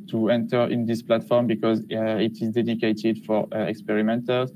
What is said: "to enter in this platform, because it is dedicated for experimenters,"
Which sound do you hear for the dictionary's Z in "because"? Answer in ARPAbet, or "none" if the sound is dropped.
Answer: Z